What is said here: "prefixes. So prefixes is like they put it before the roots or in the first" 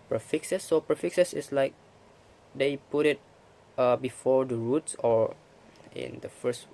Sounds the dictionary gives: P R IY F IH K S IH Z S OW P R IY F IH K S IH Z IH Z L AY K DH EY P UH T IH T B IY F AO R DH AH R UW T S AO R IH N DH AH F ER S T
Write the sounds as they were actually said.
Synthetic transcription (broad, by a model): P R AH F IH K S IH S OW P R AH F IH K S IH S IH S L AY K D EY P UH T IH T B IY F AO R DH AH R UW T S AO R IH N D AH F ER S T